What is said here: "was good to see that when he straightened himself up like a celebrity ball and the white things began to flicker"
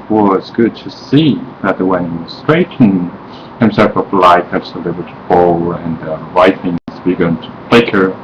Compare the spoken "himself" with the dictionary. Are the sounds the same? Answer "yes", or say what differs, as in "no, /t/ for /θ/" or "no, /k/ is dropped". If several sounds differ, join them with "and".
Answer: yes